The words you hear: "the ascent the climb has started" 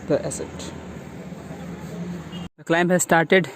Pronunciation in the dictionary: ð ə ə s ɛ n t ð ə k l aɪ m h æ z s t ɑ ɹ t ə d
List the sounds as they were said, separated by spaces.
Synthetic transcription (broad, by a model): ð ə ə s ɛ t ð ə k l aɪ m h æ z s t ɑ ɹ t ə d